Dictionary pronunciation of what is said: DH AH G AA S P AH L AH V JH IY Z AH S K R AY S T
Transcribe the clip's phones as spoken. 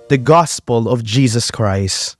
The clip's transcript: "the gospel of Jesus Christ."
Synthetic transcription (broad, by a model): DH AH G AA S P AH L AH V JH IY Z AH S K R AY S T